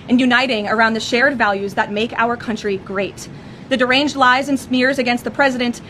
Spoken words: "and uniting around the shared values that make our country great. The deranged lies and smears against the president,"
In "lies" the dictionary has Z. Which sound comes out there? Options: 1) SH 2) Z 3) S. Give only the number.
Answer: 2